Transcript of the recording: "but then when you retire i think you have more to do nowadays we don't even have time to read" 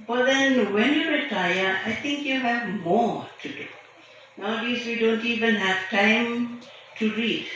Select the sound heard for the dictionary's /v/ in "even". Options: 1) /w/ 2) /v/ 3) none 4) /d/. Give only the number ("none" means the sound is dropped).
2